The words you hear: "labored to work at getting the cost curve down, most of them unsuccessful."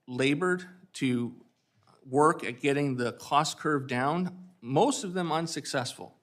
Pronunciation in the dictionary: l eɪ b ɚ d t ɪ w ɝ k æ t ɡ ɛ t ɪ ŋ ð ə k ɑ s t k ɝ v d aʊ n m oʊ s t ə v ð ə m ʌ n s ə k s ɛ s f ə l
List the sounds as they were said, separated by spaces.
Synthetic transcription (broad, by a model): l eɪ b ɚ d t ɪ w ɝ k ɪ t ɡ ɛ t ɪ ŋ ð ə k ɑ s k ɝ v d aʊ n m oʊ s t ə v ð ə m ʌ n s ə k s ɛ s f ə l